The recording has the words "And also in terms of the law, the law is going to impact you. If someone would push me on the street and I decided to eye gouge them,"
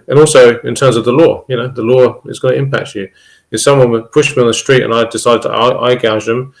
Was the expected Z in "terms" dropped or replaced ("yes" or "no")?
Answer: no